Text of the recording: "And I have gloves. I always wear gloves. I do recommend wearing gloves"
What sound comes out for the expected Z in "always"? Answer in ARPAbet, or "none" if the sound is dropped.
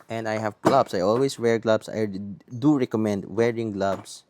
S